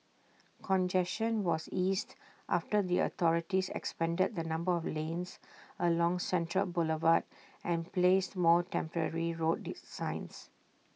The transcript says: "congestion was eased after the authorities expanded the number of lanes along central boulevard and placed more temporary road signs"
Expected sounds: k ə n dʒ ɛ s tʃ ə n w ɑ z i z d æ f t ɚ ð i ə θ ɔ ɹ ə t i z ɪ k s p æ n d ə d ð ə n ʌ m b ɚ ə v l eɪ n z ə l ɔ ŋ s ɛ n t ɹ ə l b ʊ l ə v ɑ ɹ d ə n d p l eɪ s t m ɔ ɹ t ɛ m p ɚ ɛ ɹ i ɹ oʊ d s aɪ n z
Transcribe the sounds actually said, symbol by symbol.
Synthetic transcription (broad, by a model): k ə n dʒ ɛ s ʃ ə n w ɑ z i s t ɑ f t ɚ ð i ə t ɔ ɹ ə t i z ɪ k s p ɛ n d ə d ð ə n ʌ m b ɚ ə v l eɪ n s ə l ɔ ŋ s ɛ n t ɹ ə l b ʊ l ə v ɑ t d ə n p l eɪ s t m ɔ t ɛ m p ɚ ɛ ɹ i ɹ oʊ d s aɪ n s